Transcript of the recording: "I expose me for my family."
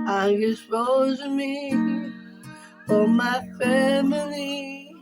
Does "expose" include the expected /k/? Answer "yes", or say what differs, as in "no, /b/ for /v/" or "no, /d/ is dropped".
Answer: no, /k/ is dropped